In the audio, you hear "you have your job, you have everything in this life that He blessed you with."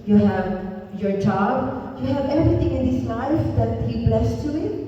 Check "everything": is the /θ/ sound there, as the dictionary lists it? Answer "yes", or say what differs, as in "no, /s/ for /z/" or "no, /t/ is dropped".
no, /t/ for /θ/